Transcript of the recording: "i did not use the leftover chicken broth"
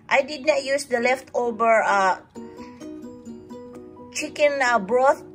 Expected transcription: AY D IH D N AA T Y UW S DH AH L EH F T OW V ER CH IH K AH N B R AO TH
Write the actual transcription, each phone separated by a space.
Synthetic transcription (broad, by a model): AY D IH D N AA T Y UW S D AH L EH F T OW B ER CH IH K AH N B R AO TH